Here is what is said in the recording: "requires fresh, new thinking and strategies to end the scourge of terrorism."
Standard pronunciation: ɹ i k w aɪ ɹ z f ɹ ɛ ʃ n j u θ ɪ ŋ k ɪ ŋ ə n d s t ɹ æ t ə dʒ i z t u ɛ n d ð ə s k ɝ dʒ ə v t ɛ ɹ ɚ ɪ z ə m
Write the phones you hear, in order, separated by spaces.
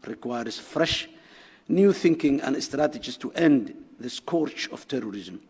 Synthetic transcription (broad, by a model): ɹ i k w aɪ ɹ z f ɹ ɛ ʃ n j u θ ɪ ŋ k ɪ ŋ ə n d s t ɹ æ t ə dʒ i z t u ɛ n d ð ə s k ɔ tʃ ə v t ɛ ɹ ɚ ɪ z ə m